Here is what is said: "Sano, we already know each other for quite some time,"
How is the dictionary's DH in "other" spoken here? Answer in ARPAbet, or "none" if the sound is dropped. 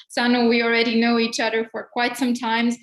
DH